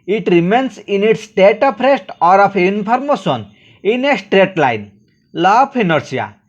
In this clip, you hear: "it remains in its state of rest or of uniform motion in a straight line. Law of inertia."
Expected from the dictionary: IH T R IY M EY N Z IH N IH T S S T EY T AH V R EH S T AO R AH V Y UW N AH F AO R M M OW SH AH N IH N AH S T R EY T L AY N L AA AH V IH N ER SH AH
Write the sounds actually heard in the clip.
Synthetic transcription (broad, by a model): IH T R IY M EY N S IH N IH T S S T EY T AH P R EH S T AO R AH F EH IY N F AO R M M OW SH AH N IH N AH S T R EY T L AY N L AA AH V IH N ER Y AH